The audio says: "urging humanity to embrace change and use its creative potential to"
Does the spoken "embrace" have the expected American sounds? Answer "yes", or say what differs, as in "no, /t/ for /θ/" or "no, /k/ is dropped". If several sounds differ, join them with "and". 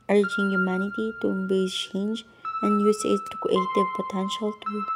no, /ɹ/ is dropped